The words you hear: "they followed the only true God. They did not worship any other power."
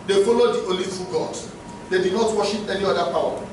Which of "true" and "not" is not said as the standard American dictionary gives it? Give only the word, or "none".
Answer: true